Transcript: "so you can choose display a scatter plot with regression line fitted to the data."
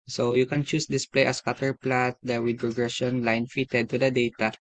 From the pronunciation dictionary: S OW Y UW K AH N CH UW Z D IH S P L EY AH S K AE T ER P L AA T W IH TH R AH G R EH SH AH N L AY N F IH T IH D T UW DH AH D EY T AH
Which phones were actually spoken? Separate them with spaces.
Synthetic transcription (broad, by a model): S OW Y UW K AH N CH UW S D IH S P L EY AH S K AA T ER P L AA T W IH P R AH G R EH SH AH N L AY N F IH T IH D T UW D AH D EY T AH